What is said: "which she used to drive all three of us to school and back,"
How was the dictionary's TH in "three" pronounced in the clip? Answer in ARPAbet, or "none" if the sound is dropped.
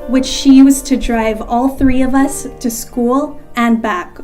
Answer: TH